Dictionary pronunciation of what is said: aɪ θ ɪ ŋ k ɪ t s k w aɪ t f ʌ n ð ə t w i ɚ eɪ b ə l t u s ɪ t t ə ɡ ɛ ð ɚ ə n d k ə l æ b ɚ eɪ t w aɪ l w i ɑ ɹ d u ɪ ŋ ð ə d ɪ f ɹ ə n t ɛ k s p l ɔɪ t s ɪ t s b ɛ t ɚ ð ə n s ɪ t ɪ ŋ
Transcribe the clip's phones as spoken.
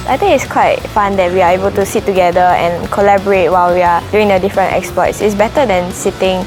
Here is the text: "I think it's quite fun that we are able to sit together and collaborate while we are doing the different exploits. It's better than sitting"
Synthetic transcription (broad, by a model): aɪ t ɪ ŋ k ɪ t s k w aɪ t f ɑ n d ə t w i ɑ eɪ b ə l t u s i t t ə ɡ ɛ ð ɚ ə n k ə l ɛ b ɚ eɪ t w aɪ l w i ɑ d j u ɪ ŋ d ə d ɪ f ɹ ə n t ɛ k s p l ɔɪ t s ɪ t s b ɛ t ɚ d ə n s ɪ t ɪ ŋ